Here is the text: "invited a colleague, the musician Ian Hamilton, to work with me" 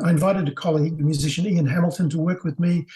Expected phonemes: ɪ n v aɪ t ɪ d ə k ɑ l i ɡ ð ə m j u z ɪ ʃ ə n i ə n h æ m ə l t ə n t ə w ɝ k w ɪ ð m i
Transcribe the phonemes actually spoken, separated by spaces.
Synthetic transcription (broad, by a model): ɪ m v aɪ t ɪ d ə k ɑ l i ɡ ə m j u z ɪ ʃ ə n i ə n h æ m l t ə n t ə w ɝ k w ɪ ð m i